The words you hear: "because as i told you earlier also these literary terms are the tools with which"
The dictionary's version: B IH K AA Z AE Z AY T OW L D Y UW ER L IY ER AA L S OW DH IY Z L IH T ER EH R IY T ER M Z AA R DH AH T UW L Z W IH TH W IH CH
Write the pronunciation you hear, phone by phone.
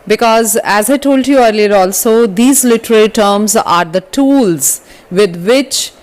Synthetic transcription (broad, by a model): B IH K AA Z AE Z AY T OW L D Y UW ER L IY ER AA L S OW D IY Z L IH T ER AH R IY T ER M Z AA R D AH T UW L Z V IH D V IH CH